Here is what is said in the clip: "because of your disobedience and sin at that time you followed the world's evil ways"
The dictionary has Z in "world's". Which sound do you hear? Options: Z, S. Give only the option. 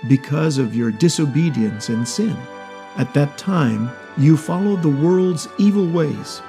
Z